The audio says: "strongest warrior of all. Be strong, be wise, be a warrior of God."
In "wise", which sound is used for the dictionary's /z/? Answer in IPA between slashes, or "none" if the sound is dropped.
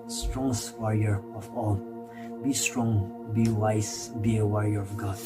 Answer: /s/